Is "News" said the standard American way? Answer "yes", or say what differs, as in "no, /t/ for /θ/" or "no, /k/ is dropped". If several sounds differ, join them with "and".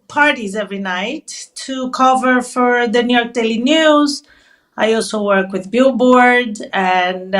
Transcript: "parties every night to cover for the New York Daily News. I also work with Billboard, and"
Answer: yes